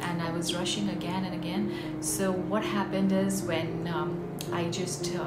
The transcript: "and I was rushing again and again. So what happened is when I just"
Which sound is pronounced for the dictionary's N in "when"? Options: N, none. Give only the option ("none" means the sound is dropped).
N